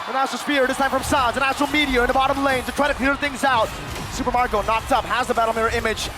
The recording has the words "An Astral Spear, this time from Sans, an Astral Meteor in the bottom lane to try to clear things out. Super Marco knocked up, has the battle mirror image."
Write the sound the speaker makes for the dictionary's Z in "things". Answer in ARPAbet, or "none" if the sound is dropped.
Z